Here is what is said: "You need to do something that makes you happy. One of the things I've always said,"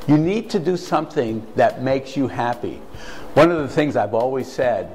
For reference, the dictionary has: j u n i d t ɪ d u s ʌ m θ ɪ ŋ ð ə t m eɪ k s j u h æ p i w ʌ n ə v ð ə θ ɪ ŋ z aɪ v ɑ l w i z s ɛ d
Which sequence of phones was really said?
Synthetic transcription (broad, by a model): j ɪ n i d t ɪ d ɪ s ʌ m θ ɪ ŋ ð ə t m eɪ k s j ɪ h æ p i w ʌ n ə v ð ə θ ɪ ŋ z aɪ v ɑ l w i z s ɛ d